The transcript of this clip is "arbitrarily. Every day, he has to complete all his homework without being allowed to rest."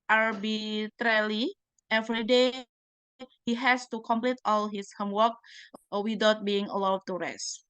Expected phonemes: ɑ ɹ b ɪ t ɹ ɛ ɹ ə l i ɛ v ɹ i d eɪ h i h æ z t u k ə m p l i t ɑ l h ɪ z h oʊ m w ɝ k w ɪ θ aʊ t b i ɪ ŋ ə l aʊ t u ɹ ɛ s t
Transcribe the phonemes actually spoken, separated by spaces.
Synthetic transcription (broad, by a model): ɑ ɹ b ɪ t ɹ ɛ l i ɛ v ɹ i d eɪ h i h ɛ s t u k ə m p l i t ɑ l h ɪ s h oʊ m w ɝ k w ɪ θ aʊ t b i ɪ ŋ ə l aʊ t u ɹ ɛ s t